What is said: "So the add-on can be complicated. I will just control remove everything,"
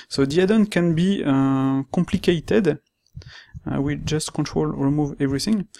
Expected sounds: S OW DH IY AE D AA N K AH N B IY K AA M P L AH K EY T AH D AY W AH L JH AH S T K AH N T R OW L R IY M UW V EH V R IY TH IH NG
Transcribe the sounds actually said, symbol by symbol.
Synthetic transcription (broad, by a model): S OW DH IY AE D AA N K AH N B IY K AA M P L AH K EY T AH D W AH JH AH S T K AH N T R OW L R IY M UW V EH V R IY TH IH NG